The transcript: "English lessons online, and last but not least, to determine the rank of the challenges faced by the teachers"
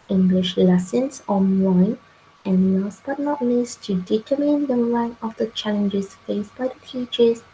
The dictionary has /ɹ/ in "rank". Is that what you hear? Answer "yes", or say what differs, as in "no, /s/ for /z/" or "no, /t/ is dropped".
no, /l/ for /ɹ/